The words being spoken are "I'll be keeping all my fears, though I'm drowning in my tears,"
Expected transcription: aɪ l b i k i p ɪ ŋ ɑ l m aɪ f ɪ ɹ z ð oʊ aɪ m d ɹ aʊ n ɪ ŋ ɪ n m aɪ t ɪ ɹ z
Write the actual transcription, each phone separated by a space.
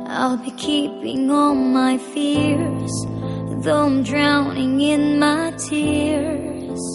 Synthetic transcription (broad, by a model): aɪ l b i k i p ɪ ŋ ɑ n m aɪ f ɪ ɹ z ð oʊ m d ɹ aʊ n ɪ ŋ ɪ n m aɪ t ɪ ɹ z